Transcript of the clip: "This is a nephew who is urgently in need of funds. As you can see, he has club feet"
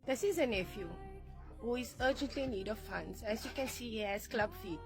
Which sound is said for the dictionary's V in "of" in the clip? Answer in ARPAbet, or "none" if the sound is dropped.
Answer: F